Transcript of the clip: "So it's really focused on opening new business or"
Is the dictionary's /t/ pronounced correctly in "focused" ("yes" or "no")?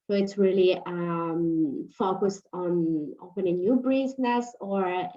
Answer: yes